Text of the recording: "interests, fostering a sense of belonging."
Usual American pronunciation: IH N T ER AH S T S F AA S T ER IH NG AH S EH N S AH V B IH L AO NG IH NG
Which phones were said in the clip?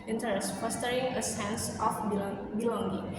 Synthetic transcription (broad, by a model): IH N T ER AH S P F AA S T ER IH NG AH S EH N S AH B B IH L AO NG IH